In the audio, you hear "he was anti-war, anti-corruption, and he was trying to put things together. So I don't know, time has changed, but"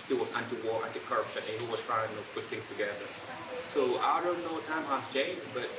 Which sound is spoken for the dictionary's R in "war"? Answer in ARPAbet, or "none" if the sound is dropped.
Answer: R